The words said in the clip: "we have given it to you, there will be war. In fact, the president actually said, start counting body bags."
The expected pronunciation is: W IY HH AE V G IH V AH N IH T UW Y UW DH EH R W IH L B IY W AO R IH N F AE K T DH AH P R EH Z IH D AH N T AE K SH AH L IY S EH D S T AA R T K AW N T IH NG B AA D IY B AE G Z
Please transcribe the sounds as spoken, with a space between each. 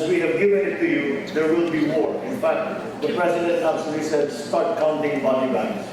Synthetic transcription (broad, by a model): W IY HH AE V G IH V AH N IH T UW Y UW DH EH R W IH L B IY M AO R IH N F AE K T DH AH P R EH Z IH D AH N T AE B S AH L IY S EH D S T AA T K AW N T IH NG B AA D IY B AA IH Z